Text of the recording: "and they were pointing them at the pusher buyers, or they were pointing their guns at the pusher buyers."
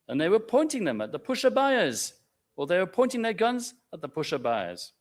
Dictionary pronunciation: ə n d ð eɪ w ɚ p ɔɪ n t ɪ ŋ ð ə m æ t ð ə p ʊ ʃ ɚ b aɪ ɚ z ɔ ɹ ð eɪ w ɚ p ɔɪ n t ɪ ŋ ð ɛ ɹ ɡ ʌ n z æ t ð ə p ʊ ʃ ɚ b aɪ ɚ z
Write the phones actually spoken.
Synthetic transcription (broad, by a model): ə n ð eɪ w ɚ p ɔɪ n t ɪ ŋ ð ə m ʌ t ð ə p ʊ ʃ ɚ b aɪ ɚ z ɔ l ð eɪ w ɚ p ɔɪ n t ɪ ŋ ð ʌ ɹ ɡ ʌ n z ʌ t ð ə p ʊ ʃ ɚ b aɪ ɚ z